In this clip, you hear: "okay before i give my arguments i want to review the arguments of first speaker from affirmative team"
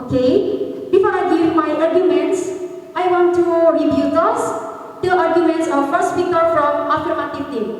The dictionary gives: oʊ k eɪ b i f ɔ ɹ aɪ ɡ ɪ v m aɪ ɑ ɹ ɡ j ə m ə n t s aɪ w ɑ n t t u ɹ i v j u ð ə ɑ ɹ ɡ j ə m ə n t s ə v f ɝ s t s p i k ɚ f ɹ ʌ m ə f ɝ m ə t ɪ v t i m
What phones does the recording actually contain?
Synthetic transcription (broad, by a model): k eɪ b i f ɔ ɹ aɪ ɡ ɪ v m aɪ ɑ ɹ ɡ j ə m ə n t s aɪ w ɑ n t t u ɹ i b j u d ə ɑ ɹ ɡ j ə m ə n t s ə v f ɝ s t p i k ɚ f ɹ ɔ m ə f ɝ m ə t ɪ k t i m